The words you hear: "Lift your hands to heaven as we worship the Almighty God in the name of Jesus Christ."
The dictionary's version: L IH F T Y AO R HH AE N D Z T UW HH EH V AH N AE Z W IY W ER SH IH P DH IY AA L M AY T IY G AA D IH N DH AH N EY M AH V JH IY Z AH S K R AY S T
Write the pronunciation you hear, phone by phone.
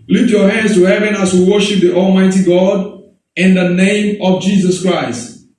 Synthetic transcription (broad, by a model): L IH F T Y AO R HH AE N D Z T UW HH EH V AH N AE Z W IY W ER SH IH P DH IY AA L M AY T IY G AA D IH N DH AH N EY M AH V JH IY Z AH S K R AY S T